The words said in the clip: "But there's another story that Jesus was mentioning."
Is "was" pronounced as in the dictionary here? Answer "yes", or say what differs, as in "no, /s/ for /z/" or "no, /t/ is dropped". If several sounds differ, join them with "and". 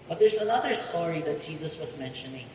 yes